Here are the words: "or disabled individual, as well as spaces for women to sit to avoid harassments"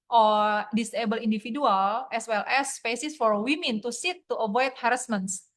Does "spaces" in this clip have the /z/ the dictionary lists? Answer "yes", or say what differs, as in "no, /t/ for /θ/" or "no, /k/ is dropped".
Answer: no, /s/ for /z/